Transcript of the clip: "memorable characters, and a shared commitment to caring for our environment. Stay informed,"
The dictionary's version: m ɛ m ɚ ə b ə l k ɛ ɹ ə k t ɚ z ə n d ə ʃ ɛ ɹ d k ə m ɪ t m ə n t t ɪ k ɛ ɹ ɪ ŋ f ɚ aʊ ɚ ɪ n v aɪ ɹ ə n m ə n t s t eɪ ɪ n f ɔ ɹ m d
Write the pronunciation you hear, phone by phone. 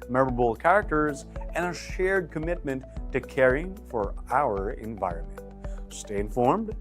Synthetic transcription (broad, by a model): m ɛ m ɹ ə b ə l k ɛ ɹ ə k t ɚ z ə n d ə ʃ ɛ ɹ d k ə m ɪ t m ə n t t ɪ k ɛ ɹ ɪ ŋ f ɚ aʊ ɚ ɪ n v aɪ ɹ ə n m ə n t s t eɪ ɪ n f ɔ ɹ m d